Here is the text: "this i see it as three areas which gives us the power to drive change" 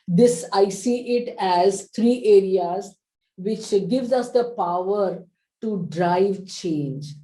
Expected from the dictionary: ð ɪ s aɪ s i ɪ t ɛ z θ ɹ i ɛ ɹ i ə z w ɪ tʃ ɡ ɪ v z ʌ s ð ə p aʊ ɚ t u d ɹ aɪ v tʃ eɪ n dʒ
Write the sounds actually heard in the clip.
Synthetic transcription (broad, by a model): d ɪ s aɪ s i ɪ t ɛ z t ɹ i ɛ ɹ i ə z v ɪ tʃ ɡ ɪ v z ʌ s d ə p aʊ ɚ t u d ɹ aɪ v tʃ eɪ n dʒ